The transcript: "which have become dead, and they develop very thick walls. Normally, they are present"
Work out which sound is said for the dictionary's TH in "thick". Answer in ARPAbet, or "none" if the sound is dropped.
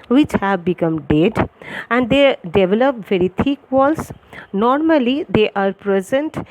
T